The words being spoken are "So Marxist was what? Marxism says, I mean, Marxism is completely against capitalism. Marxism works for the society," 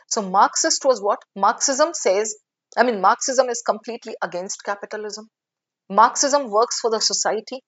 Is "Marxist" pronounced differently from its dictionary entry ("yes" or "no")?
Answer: no